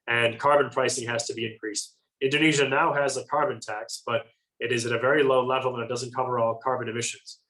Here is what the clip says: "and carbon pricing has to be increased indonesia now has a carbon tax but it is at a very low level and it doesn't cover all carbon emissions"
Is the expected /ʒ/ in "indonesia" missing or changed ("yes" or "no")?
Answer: no